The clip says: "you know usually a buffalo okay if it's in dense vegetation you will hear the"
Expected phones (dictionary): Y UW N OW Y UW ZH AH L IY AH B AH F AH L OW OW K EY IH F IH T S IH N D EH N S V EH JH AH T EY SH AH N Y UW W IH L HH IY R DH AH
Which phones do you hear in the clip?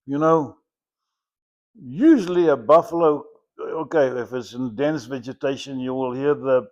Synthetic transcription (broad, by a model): Y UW N OW Y UW ZH AH L IY AH B AH F AH L OW OW K EY IH F IH T S IH N D EH N S V EH JH AH T EY SH AH N Y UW W IH L HH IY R DH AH